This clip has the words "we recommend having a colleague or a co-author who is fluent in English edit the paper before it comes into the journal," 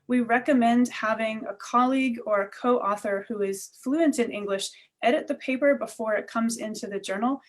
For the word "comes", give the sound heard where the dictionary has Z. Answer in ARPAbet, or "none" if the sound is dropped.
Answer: Z